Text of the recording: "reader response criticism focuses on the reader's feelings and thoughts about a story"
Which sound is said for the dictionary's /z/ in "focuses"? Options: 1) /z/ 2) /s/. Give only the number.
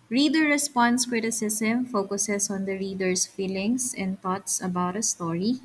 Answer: 2